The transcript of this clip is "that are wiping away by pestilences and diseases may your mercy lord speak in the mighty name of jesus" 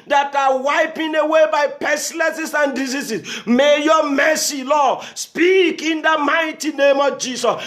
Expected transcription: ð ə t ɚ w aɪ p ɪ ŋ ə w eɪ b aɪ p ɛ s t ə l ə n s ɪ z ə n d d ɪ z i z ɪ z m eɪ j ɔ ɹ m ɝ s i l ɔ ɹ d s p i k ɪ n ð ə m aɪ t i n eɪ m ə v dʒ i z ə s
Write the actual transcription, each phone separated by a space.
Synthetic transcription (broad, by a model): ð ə t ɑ w aɪ p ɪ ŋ ə w eɪ b aɪ p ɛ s l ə s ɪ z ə n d d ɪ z i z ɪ s m eɪ j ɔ m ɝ s i l ɔ s p i k ɪ n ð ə m aɪ t i n eɪ m ə v dʒ i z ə s